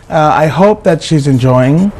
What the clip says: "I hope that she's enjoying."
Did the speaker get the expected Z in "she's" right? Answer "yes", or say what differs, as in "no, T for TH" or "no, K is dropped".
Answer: yes